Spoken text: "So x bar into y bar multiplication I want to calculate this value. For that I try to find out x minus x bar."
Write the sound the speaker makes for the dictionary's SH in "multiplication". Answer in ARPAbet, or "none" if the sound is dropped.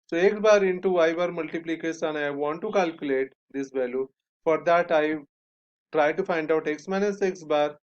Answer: S